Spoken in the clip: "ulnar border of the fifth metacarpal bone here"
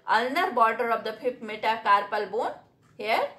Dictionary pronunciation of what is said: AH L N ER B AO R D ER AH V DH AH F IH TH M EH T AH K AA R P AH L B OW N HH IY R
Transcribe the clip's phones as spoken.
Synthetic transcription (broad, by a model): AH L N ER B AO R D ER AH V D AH P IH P M EH T AH K AA R P AH L B OW N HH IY R